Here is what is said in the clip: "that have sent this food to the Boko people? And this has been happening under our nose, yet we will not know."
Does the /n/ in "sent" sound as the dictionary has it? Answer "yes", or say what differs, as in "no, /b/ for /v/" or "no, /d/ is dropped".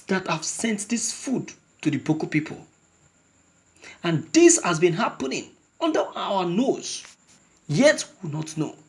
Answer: yes